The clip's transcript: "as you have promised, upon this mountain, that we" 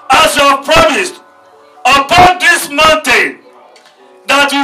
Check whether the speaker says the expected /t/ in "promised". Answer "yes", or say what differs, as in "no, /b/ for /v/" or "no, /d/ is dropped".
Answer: yes